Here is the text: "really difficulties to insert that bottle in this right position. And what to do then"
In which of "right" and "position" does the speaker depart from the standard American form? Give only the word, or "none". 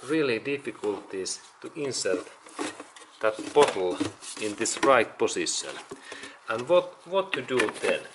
position